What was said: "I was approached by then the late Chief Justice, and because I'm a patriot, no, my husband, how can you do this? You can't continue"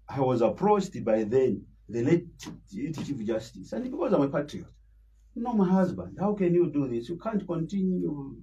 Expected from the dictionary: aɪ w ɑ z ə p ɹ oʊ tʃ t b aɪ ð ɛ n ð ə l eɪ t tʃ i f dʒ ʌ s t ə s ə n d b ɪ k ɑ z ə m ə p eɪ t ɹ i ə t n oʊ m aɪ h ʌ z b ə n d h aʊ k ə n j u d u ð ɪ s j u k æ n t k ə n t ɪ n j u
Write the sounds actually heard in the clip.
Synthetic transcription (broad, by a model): aɪ w ɑ z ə p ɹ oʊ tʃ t b aɪ ð ɛ n ð ə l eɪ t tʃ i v dʒ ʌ s t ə s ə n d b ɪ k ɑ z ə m ə p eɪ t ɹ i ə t n oʊ m aɪ h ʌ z b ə n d h aʊ k ə n j u d u ð ɪ s j u k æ n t k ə n t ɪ n j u